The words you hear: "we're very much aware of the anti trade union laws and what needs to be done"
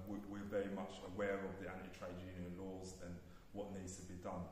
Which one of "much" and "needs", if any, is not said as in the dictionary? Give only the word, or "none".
none